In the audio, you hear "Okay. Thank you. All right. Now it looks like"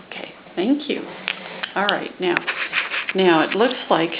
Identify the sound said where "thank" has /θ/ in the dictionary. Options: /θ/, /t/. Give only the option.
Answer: /θ/